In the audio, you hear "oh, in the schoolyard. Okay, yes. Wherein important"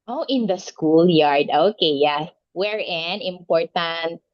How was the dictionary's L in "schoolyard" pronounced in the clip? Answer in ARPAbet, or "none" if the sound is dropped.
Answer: L